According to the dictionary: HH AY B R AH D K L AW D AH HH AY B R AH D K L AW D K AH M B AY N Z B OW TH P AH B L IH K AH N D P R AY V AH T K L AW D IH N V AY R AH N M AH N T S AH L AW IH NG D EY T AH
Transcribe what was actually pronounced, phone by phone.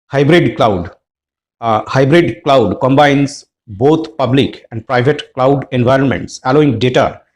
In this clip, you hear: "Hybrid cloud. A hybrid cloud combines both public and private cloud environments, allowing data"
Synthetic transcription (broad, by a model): HH AY B R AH D K L AW D HH AY B R AH D K L AW D K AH M B AY N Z B OW T P AH B L IH K AH N D P R AY V AH T K L AW D IH N V AY R AH N M AH N T S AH L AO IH NG D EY T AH